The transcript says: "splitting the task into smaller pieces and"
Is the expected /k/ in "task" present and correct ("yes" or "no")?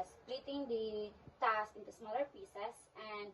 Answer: no